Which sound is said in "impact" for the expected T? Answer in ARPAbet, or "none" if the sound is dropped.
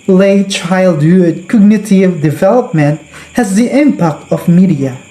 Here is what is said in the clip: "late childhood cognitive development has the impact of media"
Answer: T